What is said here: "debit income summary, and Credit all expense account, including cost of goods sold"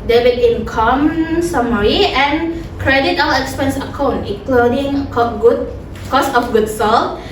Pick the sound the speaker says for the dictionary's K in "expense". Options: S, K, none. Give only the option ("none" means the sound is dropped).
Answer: K